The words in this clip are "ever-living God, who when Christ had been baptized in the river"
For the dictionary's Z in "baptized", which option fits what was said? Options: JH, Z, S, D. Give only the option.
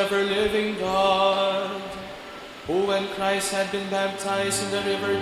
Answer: Z